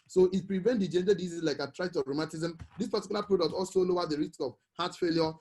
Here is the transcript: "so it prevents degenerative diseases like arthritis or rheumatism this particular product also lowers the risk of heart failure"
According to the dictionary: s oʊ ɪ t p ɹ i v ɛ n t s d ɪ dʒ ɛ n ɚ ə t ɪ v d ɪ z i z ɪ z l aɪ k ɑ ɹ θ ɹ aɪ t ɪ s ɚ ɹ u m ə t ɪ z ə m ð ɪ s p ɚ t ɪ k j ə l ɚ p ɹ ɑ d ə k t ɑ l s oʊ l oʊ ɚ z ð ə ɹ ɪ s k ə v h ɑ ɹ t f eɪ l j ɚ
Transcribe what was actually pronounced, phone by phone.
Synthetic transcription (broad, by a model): s oʊ ɪ t p ɹ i v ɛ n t d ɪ dʒ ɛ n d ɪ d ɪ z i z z l aɪ k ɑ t ɹ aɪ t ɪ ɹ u m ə t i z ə m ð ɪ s p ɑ t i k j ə l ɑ p ɹ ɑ d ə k t ɑ l s oʊ l oʊ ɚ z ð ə ɹ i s k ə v h ɑ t f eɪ l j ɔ